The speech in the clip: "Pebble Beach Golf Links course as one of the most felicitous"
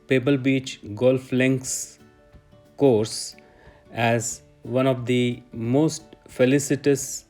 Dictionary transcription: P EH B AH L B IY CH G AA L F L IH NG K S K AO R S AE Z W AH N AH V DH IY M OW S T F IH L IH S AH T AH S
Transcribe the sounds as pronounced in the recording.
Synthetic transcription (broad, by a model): P EH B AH L B IY CH G AA L F L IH NG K S K AO R S AE Z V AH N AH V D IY M OW S T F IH L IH S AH T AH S